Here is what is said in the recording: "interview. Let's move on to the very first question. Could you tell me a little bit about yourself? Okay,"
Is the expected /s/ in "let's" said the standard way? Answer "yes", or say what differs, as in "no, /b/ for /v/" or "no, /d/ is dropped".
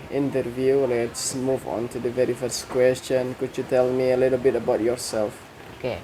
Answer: yes